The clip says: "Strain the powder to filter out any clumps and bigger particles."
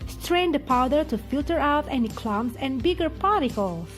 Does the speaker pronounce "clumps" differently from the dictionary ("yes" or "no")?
yes